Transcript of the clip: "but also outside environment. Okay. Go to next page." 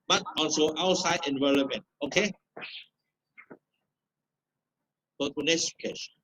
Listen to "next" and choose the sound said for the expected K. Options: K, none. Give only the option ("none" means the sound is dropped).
none